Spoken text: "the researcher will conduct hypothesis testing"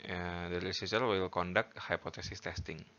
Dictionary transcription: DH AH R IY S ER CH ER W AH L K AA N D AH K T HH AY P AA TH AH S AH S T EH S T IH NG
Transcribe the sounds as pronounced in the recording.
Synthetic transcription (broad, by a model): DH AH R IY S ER S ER W AH L K AA N D AH K T HH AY P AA T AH S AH S T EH S T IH NG